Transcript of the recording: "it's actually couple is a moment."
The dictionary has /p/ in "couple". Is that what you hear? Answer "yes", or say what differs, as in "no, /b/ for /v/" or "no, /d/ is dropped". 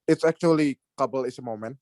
no, /b/ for /p/